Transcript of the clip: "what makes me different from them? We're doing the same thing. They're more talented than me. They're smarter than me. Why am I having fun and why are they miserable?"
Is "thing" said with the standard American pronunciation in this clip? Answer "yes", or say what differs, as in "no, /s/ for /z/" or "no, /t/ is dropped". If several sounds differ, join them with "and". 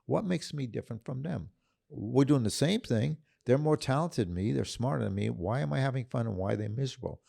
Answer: yes